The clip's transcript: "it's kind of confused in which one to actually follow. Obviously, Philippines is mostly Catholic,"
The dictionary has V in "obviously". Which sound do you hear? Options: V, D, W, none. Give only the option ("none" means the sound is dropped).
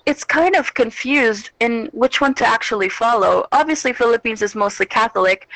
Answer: V